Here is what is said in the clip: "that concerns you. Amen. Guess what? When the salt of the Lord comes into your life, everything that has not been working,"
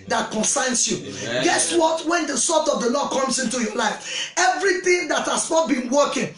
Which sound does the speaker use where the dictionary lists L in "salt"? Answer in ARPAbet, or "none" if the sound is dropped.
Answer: none